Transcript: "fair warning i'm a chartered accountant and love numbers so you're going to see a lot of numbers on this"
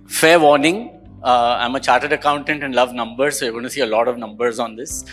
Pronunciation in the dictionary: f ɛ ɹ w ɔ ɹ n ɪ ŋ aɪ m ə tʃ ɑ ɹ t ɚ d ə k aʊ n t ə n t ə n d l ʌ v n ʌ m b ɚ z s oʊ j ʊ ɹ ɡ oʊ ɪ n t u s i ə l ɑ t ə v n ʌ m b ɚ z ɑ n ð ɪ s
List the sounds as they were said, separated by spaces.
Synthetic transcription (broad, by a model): f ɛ ɹ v ɔ ɹ n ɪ ŋ aɪ m ə tʃ ɑ ɹ t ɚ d ə k aʊ n t ə n t ə n d l ʌ v n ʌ m b ɚ s oʊ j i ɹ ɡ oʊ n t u s i ə l ɑ t ə v n ʌ m b ɚ z ɑ n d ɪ s